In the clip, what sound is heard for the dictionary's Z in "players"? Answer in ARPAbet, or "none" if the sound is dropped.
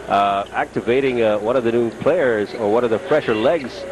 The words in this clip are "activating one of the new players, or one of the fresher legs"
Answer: Z